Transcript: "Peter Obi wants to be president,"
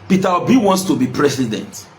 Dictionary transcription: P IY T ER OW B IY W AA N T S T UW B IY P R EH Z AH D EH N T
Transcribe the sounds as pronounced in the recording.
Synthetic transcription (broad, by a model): P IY T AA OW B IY W AA N T S T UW B IY P R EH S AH D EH N T